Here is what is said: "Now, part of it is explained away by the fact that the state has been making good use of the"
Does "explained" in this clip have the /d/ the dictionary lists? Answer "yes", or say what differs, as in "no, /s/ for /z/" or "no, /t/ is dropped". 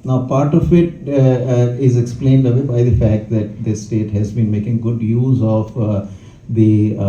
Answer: yes